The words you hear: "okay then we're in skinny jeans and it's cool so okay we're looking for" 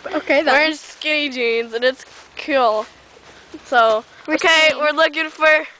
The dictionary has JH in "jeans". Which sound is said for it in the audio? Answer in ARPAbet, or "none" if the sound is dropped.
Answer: JH